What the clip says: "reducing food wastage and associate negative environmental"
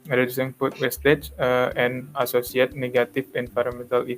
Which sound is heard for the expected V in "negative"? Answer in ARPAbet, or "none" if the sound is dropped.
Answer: F